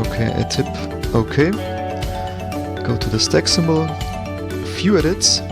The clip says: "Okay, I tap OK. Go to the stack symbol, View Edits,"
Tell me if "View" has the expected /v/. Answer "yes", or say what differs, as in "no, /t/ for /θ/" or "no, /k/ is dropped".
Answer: no, /f/ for /v/